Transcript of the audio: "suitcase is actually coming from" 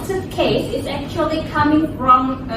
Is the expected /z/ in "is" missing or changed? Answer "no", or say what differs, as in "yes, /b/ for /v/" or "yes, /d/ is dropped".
no